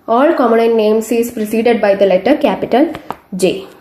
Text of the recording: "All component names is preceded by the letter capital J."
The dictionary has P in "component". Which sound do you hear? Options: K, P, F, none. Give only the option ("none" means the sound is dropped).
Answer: none